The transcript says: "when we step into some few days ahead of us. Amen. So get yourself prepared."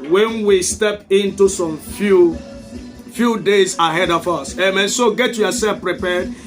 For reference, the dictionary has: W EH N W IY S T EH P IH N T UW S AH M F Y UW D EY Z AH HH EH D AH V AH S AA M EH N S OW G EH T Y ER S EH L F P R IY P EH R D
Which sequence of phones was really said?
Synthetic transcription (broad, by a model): W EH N W IY S T EH P IH N T UW S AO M F Y UW D EY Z AH HH EH D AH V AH S AA M EH N S OW G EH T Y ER S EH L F P R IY P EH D